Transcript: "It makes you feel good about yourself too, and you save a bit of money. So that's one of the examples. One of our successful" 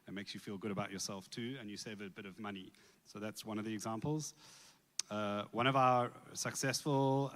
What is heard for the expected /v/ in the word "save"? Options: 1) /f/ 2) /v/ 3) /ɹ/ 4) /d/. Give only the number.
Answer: 2